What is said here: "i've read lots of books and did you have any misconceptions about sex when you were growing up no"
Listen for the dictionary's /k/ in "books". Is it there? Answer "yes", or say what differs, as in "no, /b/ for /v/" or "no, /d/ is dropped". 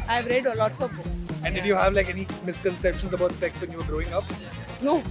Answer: no, /k/ is dropped